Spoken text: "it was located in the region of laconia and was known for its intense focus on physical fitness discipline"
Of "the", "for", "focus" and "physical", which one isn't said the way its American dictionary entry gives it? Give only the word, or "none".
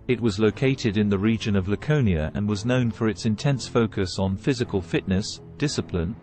none